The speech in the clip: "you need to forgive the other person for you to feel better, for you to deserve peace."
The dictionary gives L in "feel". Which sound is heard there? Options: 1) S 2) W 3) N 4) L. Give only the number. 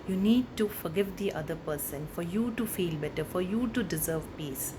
4